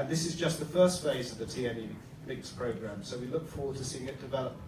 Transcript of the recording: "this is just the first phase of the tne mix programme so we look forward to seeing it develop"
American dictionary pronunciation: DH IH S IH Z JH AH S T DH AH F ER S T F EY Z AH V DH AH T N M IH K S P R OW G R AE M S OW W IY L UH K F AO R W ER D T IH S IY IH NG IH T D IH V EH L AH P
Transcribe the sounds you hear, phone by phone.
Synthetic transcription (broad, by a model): DH IH S IH Z JH AH S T DH AH F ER S T F EY Z AH V DH AH T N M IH K S P R OW G R AE M S OW W IY L UH K F AO R W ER D T IH S IY IH NG IH T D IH V EH L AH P